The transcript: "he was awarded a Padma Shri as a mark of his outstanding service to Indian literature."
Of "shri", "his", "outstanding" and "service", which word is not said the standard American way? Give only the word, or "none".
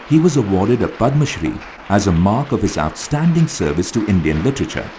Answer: none